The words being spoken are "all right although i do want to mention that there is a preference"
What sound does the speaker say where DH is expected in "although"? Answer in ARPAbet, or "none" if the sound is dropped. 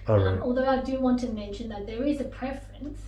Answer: DH